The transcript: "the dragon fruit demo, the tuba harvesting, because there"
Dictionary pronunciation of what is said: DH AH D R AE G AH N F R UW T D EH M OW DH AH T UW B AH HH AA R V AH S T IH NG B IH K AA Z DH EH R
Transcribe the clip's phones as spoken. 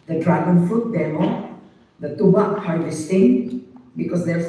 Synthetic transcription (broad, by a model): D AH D R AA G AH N F UW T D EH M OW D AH T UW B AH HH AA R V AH S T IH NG B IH K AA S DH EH